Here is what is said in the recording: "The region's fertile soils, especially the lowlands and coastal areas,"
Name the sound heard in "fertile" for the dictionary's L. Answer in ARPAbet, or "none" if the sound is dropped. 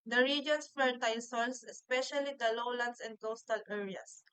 N